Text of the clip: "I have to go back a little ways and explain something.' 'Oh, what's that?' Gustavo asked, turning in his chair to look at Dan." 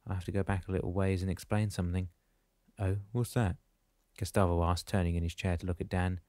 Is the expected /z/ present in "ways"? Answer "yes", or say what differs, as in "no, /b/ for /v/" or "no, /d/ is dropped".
yes